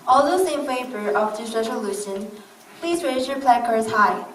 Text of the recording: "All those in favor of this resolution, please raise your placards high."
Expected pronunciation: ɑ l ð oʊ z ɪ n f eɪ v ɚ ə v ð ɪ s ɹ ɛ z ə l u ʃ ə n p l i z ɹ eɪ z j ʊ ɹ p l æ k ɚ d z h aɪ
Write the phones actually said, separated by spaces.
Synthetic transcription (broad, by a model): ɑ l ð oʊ s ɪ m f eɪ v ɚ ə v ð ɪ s ɹ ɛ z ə l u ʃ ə n p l i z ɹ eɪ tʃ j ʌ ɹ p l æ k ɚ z h aɪ